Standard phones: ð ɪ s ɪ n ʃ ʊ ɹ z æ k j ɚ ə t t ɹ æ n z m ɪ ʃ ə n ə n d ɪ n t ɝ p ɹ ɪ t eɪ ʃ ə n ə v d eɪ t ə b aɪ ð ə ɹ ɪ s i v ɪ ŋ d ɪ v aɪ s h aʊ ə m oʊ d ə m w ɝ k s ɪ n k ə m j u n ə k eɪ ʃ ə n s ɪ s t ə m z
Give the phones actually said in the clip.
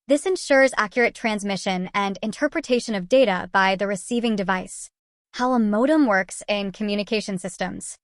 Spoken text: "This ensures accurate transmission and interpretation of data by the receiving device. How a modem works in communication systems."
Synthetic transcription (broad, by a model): ð ɪ s ɪ n ʃ ʊ ɹ z æ k j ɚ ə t t ɹ æ n z m ɪ ʃ ə n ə n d ɪ n t ɝ p ɹ ɪ t eɪ ʃ ə n ə v d eɪ t ə b aɪ ð ə ɹ ɪ s i v ɪ ŋ d ɪ v aɪ s h aʊ ə m oʊ d ə m w ɝ k s ɪ n k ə m j u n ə k eɪ ʃ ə n s ɪ s t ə m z